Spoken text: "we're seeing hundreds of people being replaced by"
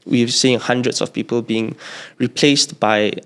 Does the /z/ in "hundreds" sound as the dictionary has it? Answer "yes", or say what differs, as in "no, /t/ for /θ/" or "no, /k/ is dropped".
no, /s/ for /z/